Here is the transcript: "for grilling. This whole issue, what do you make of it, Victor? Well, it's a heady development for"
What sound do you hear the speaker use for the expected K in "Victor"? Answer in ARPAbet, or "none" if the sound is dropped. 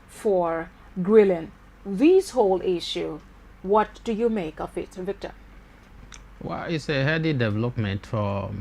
K